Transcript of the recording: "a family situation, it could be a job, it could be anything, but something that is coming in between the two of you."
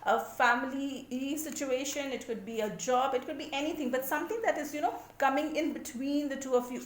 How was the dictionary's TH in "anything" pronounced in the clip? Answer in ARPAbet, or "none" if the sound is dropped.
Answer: T